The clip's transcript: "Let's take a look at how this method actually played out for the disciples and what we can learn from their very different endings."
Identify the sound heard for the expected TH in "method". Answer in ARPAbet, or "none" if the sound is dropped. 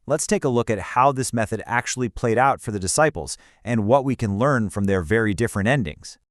TH